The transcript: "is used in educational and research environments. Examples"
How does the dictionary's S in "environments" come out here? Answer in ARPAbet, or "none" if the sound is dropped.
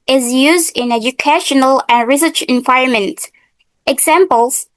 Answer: none